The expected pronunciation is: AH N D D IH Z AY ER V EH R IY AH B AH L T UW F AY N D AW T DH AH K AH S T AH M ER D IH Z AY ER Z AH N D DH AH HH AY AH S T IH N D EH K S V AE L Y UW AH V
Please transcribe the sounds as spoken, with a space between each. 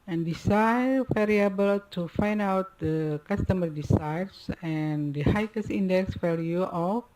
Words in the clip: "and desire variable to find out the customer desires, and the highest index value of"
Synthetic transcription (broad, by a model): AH N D D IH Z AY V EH R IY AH B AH L T UW F AY N D AW T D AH K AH S T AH M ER D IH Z AY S AH N D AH HH AY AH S IY N D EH K S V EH L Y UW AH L